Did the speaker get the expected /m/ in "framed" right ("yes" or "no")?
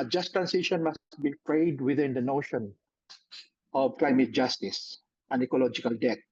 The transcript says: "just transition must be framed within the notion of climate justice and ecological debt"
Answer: no